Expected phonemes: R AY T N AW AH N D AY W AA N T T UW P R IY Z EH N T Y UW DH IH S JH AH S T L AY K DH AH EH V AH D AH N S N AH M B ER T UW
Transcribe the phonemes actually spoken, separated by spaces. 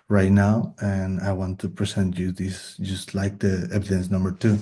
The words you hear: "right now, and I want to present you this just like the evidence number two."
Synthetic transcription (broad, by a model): R AY T N AW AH N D AY W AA N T T UW P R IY S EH N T Y UW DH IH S JH AH S T L AY K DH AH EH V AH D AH N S N AH M B ER T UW